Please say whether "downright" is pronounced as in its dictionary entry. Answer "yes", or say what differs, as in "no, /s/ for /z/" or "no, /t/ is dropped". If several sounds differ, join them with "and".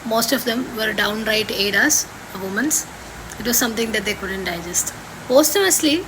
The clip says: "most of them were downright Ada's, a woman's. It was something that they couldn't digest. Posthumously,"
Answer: yes